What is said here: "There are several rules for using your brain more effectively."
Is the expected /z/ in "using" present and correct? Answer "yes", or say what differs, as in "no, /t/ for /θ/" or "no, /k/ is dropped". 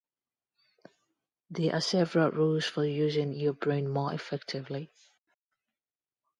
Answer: yes